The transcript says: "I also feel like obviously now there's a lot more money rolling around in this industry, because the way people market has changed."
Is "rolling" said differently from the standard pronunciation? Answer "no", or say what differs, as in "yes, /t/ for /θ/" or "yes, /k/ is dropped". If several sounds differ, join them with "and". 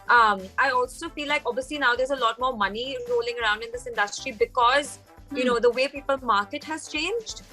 no